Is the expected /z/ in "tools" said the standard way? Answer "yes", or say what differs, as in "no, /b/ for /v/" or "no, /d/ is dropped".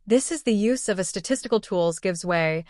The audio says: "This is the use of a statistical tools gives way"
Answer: yes